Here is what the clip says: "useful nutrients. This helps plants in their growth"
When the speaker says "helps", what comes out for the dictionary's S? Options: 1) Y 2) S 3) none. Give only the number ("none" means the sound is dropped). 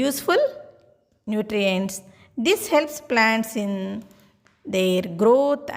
2